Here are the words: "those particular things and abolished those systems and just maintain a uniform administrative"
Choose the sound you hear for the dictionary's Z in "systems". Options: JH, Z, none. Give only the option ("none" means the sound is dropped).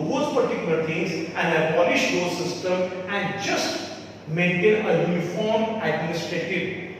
none